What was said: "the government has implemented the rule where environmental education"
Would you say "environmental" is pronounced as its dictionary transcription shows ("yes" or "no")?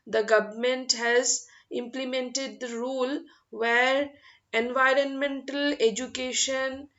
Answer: yes